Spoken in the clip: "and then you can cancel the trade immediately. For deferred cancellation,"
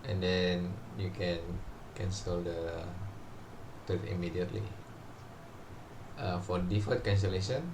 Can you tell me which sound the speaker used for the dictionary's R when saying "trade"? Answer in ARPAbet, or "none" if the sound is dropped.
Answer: none